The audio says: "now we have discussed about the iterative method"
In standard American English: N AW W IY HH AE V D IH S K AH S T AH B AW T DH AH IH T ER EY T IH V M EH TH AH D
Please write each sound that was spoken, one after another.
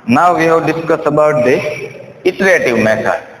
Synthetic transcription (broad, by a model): N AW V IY HH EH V D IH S K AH S AH B AW T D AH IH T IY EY T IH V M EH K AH